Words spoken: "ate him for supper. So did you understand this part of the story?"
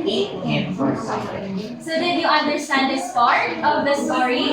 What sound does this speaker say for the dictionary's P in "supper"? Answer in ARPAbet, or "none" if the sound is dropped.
F